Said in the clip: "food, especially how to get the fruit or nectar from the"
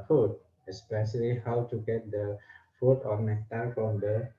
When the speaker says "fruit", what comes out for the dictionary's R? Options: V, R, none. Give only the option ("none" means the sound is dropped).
none